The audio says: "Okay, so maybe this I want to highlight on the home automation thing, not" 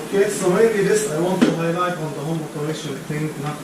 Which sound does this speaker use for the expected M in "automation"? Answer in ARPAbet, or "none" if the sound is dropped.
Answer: none